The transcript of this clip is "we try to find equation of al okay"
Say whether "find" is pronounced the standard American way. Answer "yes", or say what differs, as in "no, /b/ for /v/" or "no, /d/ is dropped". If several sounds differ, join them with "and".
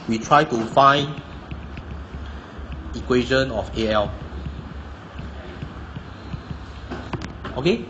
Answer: no, /d/ is dropped